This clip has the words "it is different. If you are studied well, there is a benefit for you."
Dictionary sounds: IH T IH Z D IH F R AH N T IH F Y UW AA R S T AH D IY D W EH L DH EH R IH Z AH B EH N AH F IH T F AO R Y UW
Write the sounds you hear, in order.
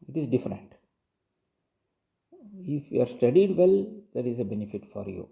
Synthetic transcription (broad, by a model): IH T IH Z D IH F R AH N T IH F Y UW AA R S T AH D IY D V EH L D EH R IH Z AH B EH N AH F IH T F AO R Y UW